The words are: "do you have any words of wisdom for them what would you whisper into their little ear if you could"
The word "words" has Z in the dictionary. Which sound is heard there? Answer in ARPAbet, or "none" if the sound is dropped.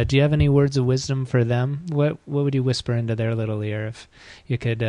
Z